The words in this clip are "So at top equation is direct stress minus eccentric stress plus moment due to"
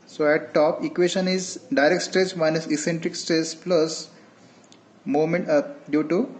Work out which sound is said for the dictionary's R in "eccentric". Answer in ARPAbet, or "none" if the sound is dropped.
R